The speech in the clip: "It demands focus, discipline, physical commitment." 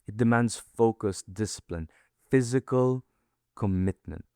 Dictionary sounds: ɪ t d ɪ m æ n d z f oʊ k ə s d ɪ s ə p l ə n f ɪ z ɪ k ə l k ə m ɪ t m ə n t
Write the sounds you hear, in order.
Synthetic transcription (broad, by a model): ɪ t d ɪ m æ n d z f oʊ k ə s d ɪ s ə p l ə n f ɪ z ɪ k ə l k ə m ɪ t m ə n t